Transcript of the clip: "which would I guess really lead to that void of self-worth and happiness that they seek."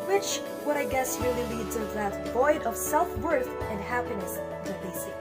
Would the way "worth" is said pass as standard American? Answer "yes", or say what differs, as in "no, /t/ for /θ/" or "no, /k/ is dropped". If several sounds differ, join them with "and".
yes